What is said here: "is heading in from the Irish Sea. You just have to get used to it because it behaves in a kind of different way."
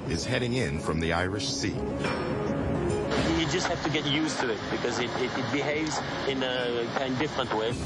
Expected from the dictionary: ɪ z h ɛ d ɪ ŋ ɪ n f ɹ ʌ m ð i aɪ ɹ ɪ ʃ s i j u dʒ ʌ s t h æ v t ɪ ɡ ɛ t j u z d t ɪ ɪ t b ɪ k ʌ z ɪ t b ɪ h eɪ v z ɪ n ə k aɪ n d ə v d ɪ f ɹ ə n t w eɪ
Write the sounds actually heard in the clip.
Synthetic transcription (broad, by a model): ɪ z h ɛ d ɪ ŋ ɪ n f ɹ ʌ m ð i aɪ ɹ ɪ ʃ s i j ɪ dʒ ʌ s t h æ f t ɪ ɡ ɛ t j u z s t ɪ ɪ t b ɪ k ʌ z ɪ t b ɪ h eɪ v z ɪ n ə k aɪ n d d ɪ f ɹ ə n t w eɪ